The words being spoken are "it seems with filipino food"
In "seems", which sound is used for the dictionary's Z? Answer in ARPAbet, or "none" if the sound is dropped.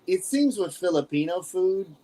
Z